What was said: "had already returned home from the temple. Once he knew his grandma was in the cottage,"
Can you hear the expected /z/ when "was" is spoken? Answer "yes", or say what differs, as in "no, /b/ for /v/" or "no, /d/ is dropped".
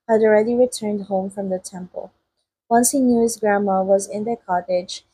yes